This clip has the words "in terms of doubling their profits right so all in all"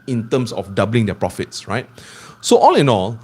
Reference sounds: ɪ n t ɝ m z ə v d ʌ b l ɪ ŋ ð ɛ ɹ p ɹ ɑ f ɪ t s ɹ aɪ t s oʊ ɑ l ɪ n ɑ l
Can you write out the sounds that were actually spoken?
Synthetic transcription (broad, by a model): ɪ n t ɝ m s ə f d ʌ b l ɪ ŋ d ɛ p ɹ ɑ f ɪ t s ɹ aɪ t s oʊ ɑ l ɪ n ɑ l